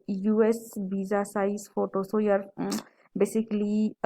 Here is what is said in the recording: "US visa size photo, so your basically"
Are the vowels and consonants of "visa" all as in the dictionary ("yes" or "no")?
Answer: no